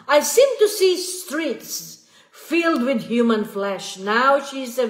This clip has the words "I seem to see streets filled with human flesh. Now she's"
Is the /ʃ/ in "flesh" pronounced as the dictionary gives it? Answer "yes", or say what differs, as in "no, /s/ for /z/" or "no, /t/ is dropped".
yes